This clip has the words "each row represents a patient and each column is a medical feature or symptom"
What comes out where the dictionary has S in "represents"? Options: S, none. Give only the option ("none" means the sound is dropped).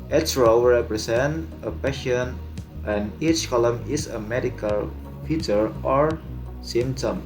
none